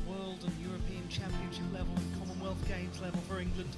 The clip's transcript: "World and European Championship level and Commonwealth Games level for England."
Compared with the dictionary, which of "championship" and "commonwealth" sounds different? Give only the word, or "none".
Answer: none